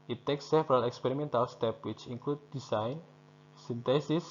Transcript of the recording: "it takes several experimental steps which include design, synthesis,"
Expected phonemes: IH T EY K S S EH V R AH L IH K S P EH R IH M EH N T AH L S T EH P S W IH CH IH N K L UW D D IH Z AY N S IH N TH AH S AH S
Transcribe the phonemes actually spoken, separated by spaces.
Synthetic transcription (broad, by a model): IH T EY K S S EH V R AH L IH K S P EH R IH M EH N T AH L S T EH P W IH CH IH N K L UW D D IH S AY N S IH N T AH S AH S